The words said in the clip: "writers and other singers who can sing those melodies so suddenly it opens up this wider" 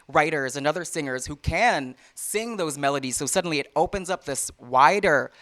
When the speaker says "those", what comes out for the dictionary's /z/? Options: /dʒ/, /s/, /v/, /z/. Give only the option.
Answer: /z/